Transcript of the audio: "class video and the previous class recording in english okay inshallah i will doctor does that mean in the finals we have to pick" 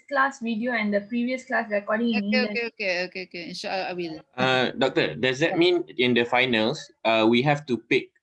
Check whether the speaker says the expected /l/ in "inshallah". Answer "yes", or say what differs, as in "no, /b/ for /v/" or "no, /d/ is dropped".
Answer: no, /l/ is dropped